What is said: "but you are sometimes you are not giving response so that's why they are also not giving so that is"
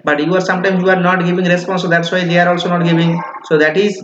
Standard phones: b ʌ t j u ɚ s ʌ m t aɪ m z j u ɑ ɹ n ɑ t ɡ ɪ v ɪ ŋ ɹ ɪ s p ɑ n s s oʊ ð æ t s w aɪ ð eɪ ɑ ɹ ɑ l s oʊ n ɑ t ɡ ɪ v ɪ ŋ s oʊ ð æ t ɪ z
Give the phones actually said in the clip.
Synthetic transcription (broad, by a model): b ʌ t j u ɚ s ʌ m t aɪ m j u ɑ ɹ n ɑ t ɡ ɪ v ɪ ŋ ɹ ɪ s p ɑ n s s oʊ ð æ t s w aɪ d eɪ ɑ ɹ ɑ l s oʊ n ɑ t ɡ ɪ v ɪ ŋ s oʊ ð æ t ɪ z